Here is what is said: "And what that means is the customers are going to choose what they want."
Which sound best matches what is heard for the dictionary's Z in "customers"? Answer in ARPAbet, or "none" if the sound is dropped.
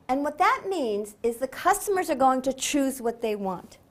Z